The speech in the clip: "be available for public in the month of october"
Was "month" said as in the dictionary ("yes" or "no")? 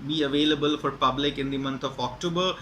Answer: no